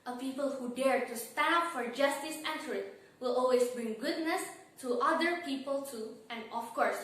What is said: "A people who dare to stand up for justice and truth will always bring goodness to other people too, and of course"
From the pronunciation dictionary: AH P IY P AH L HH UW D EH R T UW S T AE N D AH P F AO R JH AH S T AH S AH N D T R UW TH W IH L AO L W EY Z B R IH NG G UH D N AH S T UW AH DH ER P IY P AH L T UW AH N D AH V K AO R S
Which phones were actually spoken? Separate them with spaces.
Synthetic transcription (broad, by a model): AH P IY P AH L HH UW D EH R T UW S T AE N AH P F AO R JH AH S T AH S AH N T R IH T W IH L AO L W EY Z B R IH NG G UH D N AH S T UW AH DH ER P IY P AH L T UW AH N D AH F K AO R S